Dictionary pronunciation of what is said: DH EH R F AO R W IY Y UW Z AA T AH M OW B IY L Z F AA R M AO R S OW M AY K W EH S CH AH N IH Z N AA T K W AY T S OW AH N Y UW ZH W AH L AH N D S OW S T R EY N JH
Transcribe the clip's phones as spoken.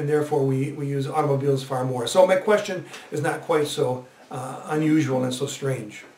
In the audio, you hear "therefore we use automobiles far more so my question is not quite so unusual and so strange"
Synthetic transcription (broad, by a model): DH EH R F AO R W IY Y UW Z AA T AH M OW B IY L Z F AA R M AO R S OW M AY K W EH S CH AH N IH Z N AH T K W AY T S OW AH N Y UW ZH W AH L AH N S OW S T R EY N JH